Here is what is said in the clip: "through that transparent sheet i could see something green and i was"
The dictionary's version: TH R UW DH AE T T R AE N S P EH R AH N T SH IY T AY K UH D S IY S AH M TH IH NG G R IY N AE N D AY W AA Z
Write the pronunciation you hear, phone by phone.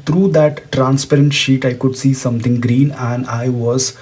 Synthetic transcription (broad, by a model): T R UW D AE T T R AE N S P EH R AH N T SH IY T AY K UH D S IY S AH M T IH NG G R IY N AE N D AY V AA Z